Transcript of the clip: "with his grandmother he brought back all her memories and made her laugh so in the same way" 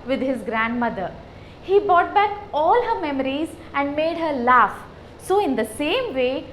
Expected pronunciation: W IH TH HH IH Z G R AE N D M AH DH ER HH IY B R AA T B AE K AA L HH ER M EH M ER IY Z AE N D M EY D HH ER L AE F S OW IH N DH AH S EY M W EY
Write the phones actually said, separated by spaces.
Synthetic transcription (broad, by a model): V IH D HH IH Z G R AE N D M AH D ER HH IY B R AA T B AE K AA L HH ER M EH M ER IY Z AE N D M EY D HH ER L AE F S OW IH N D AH S EY M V EY